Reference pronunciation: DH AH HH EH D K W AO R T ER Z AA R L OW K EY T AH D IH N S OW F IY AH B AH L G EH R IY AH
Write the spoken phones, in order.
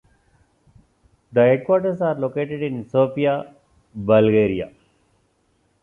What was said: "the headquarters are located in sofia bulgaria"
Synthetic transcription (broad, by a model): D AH HH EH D K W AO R T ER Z AA R L OW K EY T AH D IH N S OW P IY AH B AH L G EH R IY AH